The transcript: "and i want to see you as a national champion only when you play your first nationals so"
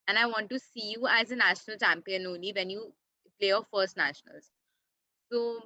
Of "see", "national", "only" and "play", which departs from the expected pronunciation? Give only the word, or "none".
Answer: none